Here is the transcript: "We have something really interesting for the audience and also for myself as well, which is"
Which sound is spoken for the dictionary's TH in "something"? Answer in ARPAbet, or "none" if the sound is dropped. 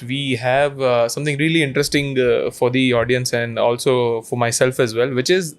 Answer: T